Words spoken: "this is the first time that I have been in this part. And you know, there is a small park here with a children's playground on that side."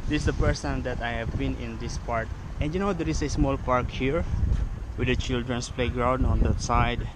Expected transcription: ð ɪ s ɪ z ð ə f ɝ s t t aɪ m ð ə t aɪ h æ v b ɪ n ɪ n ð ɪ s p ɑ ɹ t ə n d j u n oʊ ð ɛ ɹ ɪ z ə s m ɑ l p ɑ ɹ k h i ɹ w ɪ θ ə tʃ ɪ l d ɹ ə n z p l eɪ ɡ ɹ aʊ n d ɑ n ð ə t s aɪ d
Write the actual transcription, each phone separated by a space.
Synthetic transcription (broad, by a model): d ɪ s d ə p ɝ s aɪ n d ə t aɪ h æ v b ɪ n ɪ n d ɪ s p ɑ ɹ t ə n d j u n oʊ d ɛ ɹ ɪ s ə s m ɑ l p ɑ ɹ k h i ɹ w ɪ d ə tʃ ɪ l d ɹ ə n s p l eɪ ɡ ɹ aʊ n d ɑ n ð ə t s aɪ d